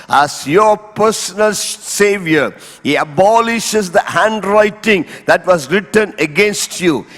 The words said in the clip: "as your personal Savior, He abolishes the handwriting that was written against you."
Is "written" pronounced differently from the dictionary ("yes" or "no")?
no